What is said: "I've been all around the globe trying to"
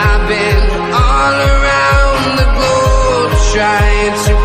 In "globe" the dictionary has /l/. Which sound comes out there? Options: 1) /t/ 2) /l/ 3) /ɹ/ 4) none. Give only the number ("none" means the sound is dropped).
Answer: 4